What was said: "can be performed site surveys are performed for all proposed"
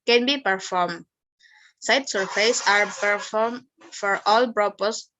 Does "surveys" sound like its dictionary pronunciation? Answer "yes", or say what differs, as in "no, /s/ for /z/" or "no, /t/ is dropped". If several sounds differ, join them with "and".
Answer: no, /f/ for /v/